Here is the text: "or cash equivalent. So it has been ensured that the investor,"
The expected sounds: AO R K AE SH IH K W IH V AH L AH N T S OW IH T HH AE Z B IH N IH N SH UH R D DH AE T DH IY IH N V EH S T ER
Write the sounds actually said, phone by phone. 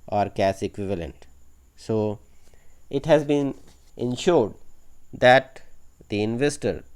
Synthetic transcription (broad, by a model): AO R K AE S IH K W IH V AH L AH N T S OW IH T HH AE Z B IH N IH N SH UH R D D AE T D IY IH N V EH S T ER